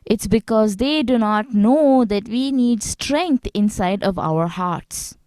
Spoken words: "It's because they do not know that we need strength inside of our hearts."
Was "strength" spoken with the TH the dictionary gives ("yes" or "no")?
no